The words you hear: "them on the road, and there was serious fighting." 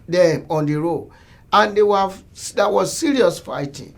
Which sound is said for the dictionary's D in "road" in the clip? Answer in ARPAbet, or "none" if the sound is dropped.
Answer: none